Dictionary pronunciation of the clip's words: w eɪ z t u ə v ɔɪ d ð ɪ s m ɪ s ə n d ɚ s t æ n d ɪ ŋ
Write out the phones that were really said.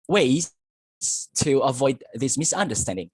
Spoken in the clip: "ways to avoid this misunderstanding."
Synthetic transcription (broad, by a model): w eɪ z t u ə v ɔɪ d ð ɪ s m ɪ s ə n d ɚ s t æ n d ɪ ŋ